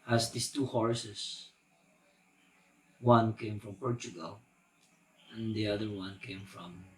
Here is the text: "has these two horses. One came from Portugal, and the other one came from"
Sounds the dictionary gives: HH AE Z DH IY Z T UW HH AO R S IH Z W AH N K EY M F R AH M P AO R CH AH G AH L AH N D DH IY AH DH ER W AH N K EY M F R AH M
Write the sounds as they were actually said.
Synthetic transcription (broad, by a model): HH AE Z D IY S T UW HH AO R S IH S W AH N K EY M F R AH M P AO R CH AH G AH L AH N D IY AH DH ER W AH N K EY M F R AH M